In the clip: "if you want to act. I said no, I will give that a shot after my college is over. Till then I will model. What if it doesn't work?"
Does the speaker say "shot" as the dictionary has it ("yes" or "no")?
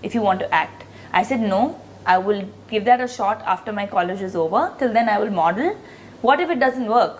yes